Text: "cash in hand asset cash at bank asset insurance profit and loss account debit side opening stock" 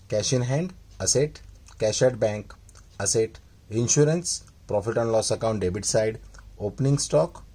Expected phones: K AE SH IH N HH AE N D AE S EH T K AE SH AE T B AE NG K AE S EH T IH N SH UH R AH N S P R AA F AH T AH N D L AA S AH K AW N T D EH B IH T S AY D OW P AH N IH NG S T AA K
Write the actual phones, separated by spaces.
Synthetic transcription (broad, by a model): K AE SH IH N HH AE N D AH S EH T K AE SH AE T B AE NG K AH S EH T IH N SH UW R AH N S P R AA F AH T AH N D L AA S AH K AW N T D EH B IH T S AY D OW P N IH NG S T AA K